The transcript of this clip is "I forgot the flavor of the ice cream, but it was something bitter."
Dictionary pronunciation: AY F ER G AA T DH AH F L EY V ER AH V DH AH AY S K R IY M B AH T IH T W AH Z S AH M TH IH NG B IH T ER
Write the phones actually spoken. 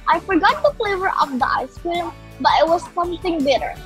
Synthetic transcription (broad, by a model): AY F ER G AA T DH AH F L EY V ER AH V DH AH AY S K IY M B AH T IH T W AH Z S AH M TH IH NG B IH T ER